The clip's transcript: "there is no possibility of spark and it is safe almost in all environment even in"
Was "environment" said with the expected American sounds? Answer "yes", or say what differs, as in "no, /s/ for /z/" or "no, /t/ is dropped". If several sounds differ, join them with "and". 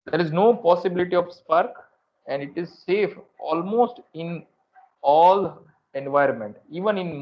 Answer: yes